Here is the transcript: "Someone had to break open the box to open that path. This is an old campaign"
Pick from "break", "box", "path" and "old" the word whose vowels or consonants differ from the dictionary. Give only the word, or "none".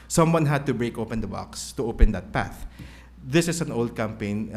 none